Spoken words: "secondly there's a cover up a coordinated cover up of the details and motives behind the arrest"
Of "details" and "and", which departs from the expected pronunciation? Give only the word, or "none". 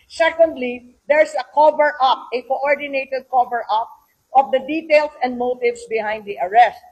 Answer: details